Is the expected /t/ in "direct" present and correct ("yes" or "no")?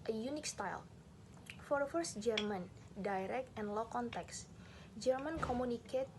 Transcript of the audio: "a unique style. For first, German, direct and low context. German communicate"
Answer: yes